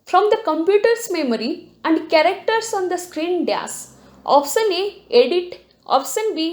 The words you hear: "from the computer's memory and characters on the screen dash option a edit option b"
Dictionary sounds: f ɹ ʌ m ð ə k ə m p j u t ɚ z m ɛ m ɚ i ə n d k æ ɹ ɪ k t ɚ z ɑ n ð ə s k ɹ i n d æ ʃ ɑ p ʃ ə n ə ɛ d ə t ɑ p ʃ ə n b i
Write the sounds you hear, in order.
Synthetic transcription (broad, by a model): f ɹ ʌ m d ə k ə m p j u t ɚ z m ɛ m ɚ i ə n d k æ ɹ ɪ k t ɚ s ɑ n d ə s k ɹ i n d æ s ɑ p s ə n ə ɛ d ə t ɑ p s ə n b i